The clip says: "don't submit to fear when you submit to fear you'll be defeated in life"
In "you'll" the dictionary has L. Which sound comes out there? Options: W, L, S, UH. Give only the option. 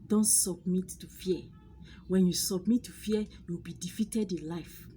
W